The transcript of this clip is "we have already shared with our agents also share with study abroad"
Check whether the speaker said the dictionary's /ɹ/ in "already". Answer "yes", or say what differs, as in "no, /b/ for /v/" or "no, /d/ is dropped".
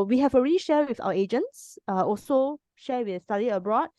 yes